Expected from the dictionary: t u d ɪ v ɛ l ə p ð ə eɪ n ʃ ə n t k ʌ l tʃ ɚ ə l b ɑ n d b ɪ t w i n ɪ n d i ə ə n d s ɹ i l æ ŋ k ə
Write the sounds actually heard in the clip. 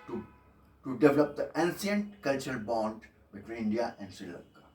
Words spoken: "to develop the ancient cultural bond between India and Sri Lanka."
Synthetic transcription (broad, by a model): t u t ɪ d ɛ l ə p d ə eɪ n s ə n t k ʌ l tʃ ɚ ə l b ɑ n d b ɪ t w i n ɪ n d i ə ə n d s i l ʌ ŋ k